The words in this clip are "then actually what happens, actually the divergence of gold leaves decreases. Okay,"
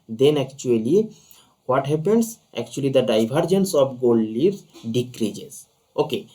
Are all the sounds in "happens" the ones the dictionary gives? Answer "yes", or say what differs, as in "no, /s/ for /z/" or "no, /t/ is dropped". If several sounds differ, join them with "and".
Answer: no, /s/ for /z/